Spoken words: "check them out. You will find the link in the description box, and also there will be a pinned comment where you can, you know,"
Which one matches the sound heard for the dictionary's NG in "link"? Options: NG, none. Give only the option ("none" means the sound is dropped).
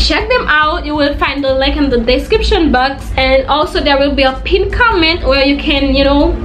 none